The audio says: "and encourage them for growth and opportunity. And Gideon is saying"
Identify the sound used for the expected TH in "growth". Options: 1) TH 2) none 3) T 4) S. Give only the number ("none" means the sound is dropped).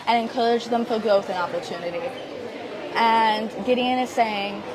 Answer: 1